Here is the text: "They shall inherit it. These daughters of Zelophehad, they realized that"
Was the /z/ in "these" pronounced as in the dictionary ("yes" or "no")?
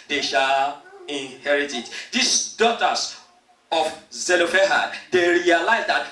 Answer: no